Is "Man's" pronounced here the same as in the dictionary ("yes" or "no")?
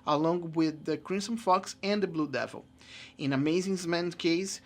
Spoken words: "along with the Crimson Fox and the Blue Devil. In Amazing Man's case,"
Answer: no